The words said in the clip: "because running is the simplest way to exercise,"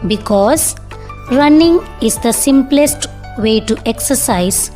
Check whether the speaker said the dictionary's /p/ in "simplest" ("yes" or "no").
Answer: yes